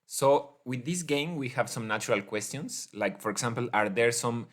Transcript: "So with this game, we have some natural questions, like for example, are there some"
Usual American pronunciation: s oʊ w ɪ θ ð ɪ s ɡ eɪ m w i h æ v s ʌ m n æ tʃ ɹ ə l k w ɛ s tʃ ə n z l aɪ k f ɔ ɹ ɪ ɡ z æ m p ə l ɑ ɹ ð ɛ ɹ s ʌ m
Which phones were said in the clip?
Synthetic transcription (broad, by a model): s oʊ w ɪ ð ɪ s ɡ eɪ m w i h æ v s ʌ m n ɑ tʃ ɹ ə l k w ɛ s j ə n s l aɪ k f ɔ ɹ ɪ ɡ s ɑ m p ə l ɑ ɹ ð ɛ ɹ s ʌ m